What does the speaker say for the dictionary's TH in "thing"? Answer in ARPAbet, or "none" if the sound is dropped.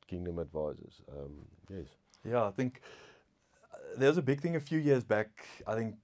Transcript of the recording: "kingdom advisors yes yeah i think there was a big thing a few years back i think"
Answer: TH